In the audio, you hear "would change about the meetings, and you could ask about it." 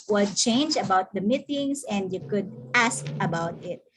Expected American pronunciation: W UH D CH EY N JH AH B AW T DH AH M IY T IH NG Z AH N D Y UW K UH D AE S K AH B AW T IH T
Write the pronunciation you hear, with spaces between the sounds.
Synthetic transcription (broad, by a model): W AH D CH EY N JH AH B AW T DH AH M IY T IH NG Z AH N D Y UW K UH D AE S K AH B AW T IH T